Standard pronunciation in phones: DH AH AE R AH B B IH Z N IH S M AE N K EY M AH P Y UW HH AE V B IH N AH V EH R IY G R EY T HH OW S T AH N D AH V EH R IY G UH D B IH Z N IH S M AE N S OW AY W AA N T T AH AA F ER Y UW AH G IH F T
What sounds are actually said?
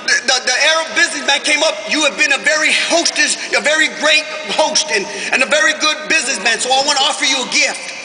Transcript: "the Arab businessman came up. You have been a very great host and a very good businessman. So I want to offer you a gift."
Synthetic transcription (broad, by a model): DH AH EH R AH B B IH Z N IH S M AE N K EY M AH P Y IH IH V B IH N AH V EH R IY G R EY T HH OW S T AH N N AH V EH R IY G UH D B IH Z N IH S M AE N S OW AY W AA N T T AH AA F ER Y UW AH G IH F T